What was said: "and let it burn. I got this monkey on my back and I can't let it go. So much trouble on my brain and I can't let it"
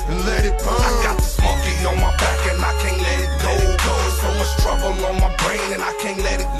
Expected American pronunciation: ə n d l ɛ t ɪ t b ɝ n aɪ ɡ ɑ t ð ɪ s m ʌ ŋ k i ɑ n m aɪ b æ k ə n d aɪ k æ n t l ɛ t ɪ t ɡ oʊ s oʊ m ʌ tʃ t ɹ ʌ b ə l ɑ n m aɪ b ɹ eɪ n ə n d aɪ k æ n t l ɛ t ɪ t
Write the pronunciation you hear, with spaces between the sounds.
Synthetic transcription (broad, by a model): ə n l ɛ t ɪ t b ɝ aɪ ɡ ɑ t ð ɪ s m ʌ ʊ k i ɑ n m aɪ b æ k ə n aɪ k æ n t l ɛ t ɪ t ɡ oʊ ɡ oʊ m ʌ s t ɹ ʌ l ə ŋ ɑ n m aɪ b ɹ eɪ n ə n aɪ k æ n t l ɛ t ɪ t